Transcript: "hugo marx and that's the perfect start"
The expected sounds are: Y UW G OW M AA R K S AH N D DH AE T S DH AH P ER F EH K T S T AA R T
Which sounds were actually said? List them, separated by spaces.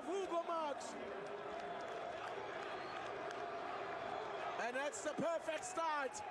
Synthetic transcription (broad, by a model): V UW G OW M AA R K AH N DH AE T S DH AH P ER F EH K T S T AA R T